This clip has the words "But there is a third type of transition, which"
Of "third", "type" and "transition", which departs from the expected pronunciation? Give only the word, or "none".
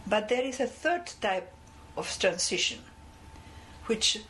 transition